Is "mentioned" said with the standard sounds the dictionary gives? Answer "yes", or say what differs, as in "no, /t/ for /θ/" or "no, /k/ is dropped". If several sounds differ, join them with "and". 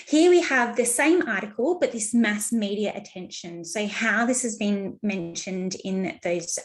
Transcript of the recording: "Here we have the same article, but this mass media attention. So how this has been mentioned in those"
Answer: yes